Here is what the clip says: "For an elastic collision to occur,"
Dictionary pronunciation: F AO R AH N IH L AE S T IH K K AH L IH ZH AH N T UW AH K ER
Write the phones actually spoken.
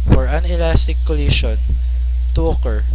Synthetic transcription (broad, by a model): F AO R AH N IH L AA S T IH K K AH L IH SH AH N T UW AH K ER